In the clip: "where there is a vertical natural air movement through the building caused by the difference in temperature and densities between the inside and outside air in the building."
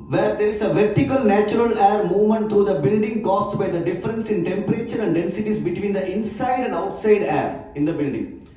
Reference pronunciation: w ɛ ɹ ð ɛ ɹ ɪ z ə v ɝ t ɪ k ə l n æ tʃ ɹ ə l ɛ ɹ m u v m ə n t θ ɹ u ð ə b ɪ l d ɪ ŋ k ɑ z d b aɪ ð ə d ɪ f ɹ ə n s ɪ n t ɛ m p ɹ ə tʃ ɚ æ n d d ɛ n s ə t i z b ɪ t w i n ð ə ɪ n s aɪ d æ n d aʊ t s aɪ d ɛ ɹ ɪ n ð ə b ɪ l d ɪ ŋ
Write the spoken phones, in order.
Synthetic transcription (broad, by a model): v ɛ ɹ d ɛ ɹ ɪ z ə v ɝ t ɪ k ə l n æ tʃ ɹ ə l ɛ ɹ m u v m ə n t t ɹ u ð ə b ɪ l d ɪ ŋ k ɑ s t b aɪ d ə d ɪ f ɹ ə n s ɪ n t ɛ m p ɹ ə tʃ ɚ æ n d d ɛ n s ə t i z b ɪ t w i n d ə ɪ n s aɪ d æ n d aʊ t s aɪ d ɛ ɹ ɪ n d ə b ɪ l d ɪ ŋ